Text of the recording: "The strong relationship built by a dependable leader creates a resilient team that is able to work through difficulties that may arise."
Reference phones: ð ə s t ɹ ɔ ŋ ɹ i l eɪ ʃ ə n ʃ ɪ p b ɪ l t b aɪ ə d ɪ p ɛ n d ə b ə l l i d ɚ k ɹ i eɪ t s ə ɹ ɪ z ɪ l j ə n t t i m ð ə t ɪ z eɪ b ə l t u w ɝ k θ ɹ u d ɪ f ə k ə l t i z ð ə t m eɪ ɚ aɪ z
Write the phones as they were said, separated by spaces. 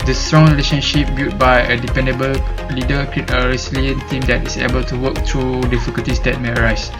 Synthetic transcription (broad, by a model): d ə s t ɹ ɔ ŋ ɹ i l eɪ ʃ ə n ʃ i p b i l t b aɪ ə d ɪ p ɛ n d ə b ə l l i d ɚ k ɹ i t ə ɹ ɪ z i l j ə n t t i m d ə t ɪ s eɪ b ə l t u w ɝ k t ɹ u d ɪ f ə k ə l t i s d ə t m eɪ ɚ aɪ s